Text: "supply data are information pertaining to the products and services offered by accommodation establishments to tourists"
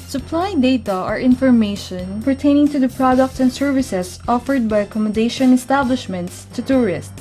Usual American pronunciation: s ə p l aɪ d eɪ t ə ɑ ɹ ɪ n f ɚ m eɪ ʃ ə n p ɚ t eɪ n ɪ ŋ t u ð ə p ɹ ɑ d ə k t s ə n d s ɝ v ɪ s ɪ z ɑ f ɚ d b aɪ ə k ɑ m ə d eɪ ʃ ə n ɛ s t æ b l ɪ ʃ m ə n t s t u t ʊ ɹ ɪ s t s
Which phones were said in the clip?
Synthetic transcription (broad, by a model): s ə p l aɪ d eɪ t ə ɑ ɹ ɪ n f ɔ m eɪ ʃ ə n p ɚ t eɪ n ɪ ŋ t u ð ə p ɹ ɑ d ə k t s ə n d s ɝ v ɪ s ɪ s ɑ f ɚ d b aɪ ə k ɑ m ə d eɪ ʃ ə n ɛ s t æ b l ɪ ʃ m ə n t s t u t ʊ ɹ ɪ s t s